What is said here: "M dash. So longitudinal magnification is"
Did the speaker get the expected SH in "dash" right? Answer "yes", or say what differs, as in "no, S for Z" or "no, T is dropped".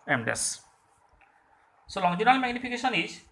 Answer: no, S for SH